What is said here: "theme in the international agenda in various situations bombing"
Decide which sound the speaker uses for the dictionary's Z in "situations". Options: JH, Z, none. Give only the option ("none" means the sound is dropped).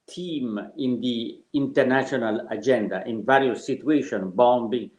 none